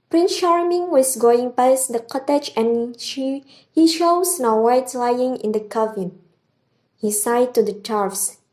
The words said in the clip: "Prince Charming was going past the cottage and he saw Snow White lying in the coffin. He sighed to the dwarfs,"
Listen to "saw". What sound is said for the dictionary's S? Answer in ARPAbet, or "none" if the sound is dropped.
SH